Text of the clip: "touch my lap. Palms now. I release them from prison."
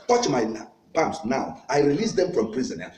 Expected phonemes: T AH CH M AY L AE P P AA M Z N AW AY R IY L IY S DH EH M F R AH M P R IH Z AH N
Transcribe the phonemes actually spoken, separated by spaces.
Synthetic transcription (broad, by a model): T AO CH M AY N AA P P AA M S N AW AY R IY L IY S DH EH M F R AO M P R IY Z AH N